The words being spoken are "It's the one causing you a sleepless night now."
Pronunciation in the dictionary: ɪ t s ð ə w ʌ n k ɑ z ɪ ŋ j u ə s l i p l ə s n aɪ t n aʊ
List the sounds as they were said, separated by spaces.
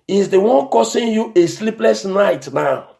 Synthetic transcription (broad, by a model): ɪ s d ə w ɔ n k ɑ s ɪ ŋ j u ə s l i p l ə s n aɪ t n aʊ